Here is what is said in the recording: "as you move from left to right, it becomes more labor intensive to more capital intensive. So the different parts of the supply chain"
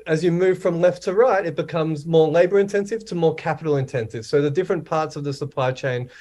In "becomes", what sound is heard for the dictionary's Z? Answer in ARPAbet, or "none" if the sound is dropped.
Z